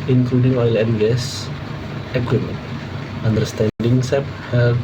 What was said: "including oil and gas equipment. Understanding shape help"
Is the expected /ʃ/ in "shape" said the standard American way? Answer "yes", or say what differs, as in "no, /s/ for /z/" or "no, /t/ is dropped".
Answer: no, /s/ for /ʃ/